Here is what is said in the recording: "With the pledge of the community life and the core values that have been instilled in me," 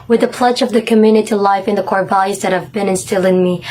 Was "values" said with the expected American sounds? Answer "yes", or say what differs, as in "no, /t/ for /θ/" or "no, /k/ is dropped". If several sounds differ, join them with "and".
no, /b/ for /v/